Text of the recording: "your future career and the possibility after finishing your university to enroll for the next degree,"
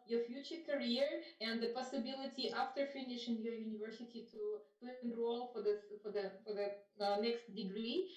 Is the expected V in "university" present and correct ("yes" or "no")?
yes